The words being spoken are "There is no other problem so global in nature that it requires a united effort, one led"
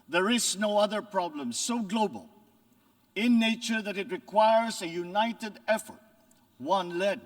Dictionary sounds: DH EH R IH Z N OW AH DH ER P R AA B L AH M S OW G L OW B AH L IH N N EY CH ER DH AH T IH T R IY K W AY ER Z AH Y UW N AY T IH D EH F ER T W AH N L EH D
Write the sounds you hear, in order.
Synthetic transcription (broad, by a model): DH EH R IH Z N OW AH DH ER P R AA B L AH M S OW G L OW B AH L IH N N EY CH ER DH AH T IH T R IY K W AY ER Z AH Y UW N AY T IH D EH F ER T W AH N L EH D